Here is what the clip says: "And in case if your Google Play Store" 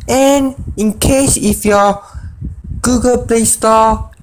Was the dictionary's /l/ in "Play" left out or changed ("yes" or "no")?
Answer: no